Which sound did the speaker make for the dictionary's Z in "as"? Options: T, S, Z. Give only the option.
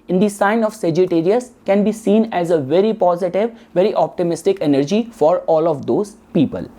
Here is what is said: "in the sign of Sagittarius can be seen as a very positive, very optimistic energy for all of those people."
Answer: Z